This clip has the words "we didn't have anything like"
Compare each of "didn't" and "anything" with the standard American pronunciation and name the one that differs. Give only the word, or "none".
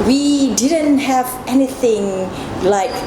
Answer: none